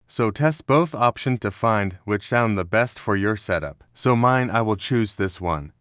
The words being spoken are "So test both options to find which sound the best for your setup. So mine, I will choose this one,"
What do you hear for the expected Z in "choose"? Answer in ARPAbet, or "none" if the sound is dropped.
Z